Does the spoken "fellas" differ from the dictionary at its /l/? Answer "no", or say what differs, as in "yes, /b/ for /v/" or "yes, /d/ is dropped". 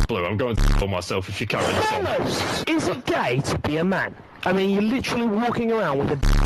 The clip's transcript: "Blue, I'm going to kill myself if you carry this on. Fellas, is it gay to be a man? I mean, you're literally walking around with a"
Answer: yes, /l/ is dropped